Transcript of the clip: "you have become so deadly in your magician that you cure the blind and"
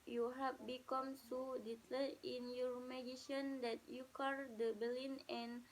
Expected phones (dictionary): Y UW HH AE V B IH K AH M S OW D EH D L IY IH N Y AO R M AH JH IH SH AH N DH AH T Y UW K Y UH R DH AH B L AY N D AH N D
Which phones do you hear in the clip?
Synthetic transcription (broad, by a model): Y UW HH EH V B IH K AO M S OW D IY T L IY IH N Y AO R M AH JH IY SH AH N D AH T Y UW K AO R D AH B L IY N AH N